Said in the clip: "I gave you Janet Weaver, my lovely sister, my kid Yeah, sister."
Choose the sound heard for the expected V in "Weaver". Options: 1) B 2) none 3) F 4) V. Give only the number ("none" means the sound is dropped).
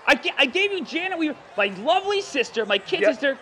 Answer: 2